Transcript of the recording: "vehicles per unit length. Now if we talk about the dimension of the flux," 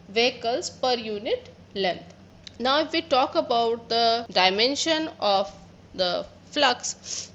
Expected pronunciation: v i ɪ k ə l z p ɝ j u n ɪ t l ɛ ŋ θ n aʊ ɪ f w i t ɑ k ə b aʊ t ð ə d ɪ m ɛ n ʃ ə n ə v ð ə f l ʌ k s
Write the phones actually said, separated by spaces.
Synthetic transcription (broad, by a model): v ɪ k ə l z p ɝ j u n ɪ t l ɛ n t n aʊ ɪ f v i t ɑ k ə b aʊ t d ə d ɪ m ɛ n ʃ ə n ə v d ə f l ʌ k s